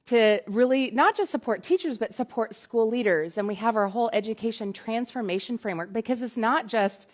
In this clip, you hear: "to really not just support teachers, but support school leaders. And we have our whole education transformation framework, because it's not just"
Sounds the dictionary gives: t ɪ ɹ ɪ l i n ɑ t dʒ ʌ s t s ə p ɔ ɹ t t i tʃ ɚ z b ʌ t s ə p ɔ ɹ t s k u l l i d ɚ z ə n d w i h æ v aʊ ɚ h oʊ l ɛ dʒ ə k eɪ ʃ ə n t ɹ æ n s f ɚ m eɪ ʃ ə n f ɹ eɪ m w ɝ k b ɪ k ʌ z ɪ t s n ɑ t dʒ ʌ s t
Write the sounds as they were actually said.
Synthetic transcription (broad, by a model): t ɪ ɹ ɪ l i n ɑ t dʒ ʌ s t s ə p ɔ ɹ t t i tʃ ɚ z b ʌ t s ə p ɔ ɹ t s k u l l i d ɚ z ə n w i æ v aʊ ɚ h oʊ l ɛ dʒ ə k eɪ ʃ ə n t ɹ æ n s f ɚ m eɪ ʃ ə n f ɹ eɪ m w ɝ k b ɪ k ʌ z ɪ t s n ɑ t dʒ ʌ s t